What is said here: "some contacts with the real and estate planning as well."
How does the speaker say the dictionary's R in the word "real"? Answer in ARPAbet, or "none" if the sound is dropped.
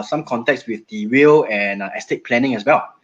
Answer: W